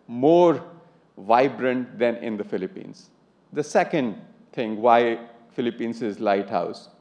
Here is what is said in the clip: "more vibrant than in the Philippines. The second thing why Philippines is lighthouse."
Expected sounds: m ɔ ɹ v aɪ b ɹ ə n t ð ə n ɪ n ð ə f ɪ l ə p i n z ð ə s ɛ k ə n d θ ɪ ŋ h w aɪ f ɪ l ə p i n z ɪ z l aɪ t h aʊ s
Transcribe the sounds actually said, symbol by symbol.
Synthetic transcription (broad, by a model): m ɔ ɹ v aɪ b ɹ ə n t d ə n ɪ n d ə f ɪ l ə p i n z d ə s ɛ k ə n d t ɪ ŋ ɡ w aɪ f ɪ l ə p i n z ɪ z l aɪ t h aʊ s